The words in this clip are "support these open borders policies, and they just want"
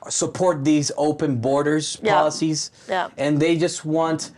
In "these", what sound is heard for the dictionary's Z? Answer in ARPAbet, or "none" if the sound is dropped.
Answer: Z